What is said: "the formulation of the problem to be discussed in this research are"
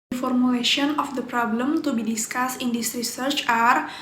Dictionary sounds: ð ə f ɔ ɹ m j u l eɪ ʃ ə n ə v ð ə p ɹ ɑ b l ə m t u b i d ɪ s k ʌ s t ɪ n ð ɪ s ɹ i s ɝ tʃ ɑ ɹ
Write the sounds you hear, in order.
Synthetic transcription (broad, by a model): f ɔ ɹ m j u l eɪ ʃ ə n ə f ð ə p ɹ ɑ b l ə m t u b i d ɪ s k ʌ s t ɪ n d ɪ s ɹ i s ɝ tʃ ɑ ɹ